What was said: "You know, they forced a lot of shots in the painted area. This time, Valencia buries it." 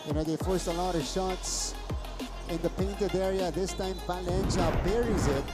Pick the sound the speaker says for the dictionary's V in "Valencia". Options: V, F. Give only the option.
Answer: F